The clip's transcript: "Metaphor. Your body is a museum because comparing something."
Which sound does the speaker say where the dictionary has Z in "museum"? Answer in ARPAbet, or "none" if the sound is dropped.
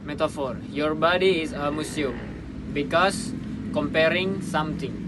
S